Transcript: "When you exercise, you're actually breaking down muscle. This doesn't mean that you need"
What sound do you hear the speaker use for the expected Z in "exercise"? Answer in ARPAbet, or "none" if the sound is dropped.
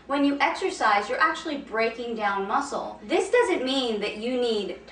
Z